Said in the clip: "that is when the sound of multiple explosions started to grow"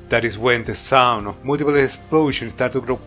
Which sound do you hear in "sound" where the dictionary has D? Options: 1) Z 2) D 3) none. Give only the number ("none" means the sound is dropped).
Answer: 3